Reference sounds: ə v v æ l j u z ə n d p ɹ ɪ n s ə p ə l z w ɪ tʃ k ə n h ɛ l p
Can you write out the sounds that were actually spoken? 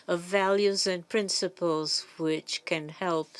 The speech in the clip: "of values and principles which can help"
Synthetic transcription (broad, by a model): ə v v æ l j u z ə n p ɹ ɪ n s ə p ə l z w ɪ tʃ k ə n h ɛ l p